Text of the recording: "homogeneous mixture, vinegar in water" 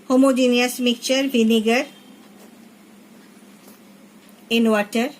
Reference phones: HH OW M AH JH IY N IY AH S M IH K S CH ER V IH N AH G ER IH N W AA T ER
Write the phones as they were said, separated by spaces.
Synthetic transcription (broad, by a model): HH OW M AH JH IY N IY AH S M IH K CH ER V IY N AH G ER IH N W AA T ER